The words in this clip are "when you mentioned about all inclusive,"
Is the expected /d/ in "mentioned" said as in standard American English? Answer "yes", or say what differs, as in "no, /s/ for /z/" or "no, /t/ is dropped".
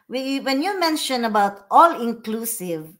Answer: no, /d/ is dropped